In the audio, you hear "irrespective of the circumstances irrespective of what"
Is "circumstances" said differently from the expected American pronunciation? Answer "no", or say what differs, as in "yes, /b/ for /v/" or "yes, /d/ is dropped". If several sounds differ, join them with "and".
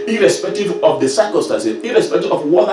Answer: yes, /z/ is dropped